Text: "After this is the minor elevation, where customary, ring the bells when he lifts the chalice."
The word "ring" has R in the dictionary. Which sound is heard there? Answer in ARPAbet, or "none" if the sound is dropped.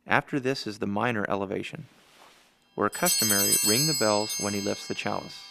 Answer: R